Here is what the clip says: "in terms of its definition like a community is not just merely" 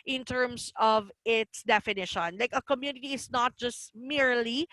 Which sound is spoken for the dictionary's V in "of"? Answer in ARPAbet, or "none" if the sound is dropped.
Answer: V